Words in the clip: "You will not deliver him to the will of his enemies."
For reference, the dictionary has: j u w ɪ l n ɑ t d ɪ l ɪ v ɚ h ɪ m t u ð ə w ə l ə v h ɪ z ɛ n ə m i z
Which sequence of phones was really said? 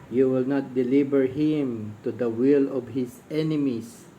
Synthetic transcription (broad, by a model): j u w ɪ l n ɑ t d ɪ l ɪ b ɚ h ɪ m t u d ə w ə l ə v h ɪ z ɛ n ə m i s